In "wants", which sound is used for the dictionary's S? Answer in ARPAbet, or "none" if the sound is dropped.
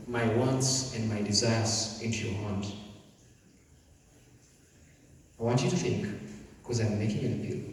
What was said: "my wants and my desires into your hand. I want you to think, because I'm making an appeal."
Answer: S